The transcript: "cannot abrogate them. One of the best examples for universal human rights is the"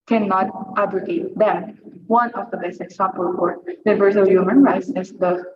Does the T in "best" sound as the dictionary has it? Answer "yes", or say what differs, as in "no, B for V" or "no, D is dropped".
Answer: no, T is dropped